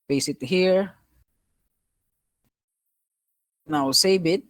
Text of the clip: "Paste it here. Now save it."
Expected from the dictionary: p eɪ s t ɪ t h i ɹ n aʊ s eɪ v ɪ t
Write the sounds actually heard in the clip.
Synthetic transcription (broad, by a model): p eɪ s ɪ t h i ɹ n aʊ s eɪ b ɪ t